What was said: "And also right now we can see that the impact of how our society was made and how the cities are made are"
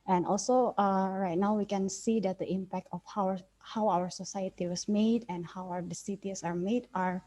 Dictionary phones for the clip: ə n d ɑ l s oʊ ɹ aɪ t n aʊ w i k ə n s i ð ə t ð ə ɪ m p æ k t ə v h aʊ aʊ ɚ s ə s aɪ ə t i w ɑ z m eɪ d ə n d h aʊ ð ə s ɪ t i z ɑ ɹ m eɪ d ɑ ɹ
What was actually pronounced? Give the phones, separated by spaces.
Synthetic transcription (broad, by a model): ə n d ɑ l s oʊ ɹ aɪ t n aʊ w i k ə n s i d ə t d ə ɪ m p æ k t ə w h aʊ aʊ ɚ s ə s aɪ ə t i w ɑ s m eɪ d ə n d h aʊ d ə s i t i s ɑ ɹ m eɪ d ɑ ɹ